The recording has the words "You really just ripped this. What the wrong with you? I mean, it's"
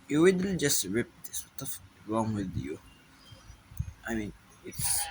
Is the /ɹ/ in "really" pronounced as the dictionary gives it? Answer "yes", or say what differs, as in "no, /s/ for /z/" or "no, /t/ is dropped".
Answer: no, /w/ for /ɹ/